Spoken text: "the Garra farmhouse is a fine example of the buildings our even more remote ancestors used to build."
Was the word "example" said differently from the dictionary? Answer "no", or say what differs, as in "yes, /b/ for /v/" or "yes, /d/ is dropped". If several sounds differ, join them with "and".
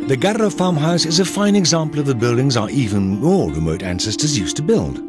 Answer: no